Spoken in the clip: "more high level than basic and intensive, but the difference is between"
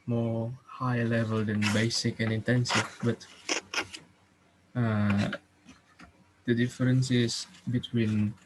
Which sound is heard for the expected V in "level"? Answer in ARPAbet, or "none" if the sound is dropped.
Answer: V